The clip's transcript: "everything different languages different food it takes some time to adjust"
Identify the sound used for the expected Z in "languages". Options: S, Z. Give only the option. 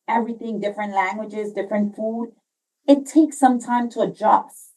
Z